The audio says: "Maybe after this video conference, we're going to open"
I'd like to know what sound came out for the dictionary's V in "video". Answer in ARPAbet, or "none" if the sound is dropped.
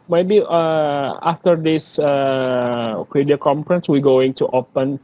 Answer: F